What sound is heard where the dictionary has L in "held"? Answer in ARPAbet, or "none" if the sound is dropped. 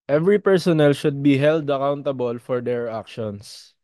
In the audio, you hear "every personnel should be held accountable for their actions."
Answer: L